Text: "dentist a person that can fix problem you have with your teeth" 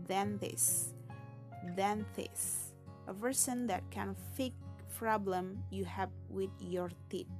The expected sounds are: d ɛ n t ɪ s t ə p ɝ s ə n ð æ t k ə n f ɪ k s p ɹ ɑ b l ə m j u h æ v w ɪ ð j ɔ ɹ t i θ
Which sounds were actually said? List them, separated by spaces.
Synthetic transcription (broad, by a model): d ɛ n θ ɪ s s ə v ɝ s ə n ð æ t k ə n f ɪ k p ɹ ɑ b l ə m j u h æ v w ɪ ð j ɔ ɹ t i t